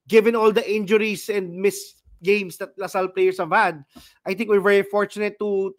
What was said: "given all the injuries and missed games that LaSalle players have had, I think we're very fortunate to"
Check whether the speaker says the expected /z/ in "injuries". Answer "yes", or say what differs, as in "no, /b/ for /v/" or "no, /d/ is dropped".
no, /s/ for /z/